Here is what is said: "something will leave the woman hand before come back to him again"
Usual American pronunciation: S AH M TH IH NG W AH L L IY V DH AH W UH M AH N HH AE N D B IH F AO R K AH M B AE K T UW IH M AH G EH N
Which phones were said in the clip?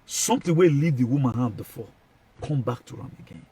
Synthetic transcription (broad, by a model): S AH M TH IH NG W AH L L IY V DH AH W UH M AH N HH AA D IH F AO K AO M B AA K T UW IH M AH G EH N